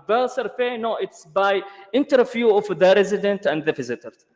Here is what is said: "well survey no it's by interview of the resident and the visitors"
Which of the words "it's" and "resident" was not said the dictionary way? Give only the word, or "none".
none